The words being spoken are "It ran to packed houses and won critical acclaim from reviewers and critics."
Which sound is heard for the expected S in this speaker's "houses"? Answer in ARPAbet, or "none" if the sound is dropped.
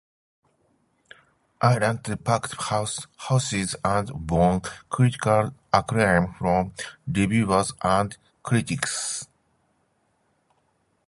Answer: S